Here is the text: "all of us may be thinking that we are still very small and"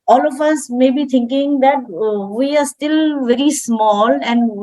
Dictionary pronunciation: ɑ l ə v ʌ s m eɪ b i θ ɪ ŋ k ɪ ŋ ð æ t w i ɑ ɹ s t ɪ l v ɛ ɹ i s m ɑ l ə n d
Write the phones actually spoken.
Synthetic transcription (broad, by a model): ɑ l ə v ʌ s m eɪ b i t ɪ ŋ k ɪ ŋ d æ t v i ɑ ɹ s t ɪ l v ɛ ɹ i s m ɑ l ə n d